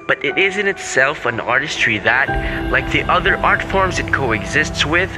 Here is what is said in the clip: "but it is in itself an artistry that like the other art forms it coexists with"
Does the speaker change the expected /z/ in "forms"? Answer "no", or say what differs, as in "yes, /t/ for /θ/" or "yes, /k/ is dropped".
no